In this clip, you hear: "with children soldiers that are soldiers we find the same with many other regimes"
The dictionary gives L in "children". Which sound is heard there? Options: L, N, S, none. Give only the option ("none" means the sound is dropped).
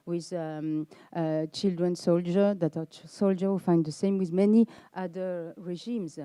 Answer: L